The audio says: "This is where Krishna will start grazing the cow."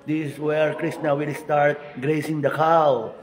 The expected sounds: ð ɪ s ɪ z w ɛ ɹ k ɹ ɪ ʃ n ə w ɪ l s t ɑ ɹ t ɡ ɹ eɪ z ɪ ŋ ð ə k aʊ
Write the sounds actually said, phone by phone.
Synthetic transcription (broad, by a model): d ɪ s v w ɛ ɹ k ɹ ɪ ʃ n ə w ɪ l s t ɑ ɹ t ɡ ɹ eɪ s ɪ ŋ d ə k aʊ